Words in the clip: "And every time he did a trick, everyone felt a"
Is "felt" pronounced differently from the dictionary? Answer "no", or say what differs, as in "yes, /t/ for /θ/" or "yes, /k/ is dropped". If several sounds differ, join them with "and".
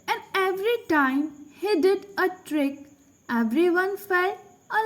yes, /t/ is dropped